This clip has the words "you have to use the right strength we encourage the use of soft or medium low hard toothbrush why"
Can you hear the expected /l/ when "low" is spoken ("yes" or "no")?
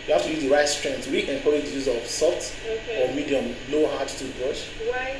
no